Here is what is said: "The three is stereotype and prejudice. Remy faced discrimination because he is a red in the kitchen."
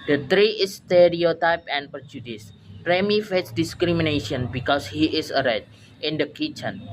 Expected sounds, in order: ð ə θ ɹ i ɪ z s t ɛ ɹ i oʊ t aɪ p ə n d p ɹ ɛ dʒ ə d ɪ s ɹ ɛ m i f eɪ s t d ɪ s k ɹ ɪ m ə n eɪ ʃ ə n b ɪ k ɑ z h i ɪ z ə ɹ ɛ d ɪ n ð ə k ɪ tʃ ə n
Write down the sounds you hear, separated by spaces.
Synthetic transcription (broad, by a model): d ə t ɹ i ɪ s t ɛ ɹ i oʊ t aɪ p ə n p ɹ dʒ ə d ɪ s ɹ ɛ m i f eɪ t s d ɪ s k ɹ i m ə n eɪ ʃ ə n b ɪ k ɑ s h i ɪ s ə ɹ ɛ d ɪ n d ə k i tʃ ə n